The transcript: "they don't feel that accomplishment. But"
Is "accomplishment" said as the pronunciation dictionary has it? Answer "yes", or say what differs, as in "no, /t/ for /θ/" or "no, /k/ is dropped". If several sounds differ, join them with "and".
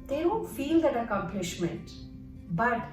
yes